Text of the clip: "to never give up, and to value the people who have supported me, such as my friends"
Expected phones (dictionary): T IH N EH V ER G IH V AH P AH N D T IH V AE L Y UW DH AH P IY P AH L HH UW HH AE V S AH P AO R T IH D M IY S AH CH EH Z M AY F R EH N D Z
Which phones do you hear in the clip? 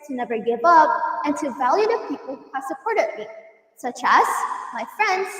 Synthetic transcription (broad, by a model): T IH N EH V ER G IH V AH P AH N T IH V AE L Y UW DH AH P IY P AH L HH UW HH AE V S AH P AO R T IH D M IY S AH CH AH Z M AY F R EH N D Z